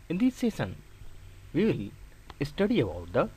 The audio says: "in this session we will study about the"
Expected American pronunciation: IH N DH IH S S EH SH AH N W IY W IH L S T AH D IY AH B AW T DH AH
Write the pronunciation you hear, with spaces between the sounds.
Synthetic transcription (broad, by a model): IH N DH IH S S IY S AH N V IY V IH L S T AH D IY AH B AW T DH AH